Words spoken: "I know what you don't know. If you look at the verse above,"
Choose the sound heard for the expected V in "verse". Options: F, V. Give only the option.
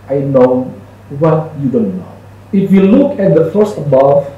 F